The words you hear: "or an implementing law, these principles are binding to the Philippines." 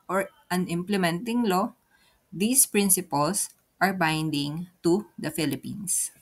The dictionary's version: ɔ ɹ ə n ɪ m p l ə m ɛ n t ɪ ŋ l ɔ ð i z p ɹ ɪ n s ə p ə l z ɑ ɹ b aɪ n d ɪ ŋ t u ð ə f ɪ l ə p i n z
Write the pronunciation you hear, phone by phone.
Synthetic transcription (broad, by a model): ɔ ɹ ə n ɪ m p l ə m ɛ n t ɪ ŋ l ɔ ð i s p ɹ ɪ n s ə p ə l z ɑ ɹ b aɪ n d ɪ ŋ t u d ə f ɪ l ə p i n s